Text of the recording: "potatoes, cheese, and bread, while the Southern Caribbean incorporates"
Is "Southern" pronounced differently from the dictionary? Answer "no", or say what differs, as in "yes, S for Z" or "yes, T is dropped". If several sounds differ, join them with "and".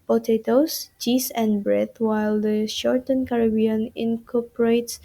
yes, SH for S